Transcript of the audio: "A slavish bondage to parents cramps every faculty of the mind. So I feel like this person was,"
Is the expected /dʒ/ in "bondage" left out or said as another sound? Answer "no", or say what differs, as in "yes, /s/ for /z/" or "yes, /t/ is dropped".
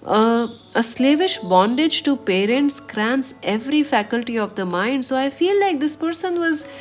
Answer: no